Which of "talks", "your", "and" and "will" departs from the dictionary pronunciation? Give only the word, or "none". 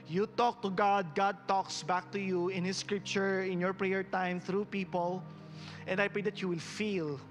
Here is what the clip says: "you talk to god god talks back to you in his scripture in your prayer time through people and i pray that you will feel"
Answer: none